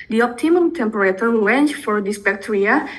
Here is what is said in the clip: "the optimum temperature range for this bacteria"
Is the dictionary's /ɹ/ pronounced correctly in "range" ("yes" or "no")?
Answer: no